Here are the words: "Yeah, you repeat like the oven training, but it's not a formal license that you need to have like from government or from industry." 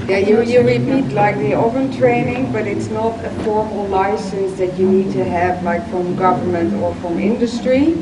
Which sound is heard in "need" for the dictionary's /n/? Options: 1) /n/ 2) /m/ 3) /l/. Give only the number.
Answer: 1